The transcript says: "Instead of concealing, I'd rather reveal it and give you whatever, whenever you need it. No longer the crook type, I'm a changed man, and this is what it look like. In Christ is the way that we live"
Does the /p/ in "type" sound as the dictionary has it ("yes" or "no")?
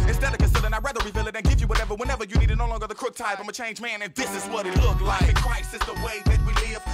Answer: no